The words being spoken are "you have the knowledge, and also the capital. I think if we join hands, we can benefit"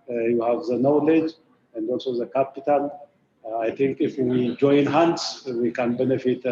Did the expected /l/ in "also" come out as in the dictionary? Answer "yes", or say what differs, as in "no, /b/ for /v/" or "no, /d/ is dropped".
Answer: yes